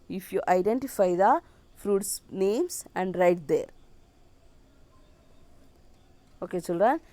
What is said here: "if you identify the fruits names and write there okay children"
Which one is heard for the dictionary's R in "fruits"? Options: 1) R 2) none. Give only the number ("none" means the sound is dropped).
1